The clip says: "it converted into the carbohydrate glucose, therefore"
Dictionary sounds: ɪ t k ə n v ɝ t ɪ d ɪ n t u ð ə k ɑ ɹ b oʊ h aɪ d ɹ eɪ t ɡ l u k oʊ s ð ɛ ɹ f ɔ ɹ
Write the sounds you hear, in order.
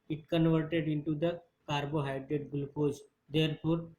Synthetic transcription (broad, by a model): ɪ t k ə n v ɝ t ɪ d ɪ n t u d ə k ɑ ɹ b oʊ h aɪ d ɹ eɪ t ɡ l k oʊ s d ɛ ɹ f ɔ ɹ